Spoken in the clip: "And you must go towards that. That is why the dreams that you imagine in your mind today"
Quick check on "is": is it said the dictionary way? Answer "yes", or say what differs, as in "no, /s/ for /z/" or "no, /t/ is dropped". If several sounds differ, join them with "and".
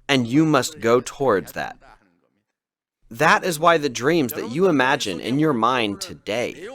yes